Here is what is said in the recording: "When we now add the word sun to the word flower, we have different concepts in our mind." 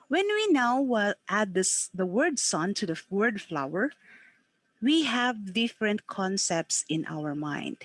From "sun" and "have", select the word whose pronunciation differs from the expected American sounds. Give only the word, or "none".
none